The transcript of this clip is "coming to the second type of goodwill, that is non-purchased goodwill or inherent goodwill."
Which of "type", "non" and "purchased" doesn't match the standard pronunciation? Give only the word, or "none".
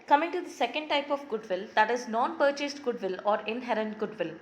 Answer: none